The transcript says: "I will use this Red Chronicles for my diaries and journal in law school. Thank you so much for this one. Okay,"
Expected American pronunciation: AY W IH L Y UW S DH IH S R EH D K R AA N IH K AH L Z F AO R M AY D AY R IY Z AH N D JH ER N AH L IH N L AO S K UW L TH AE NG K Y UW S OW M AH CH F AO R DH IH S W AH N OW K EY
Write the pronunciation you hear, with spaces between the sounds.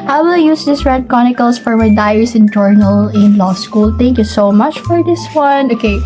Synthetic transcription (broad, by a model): AY W IH L Y UW S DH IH S R EH D K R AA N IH K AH L S F AO R M AY D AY IY S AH N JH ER N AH L IH N L AO S K UW L T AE NG K Y UW S OW M AH CH F AO R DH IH S W AH N OW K EY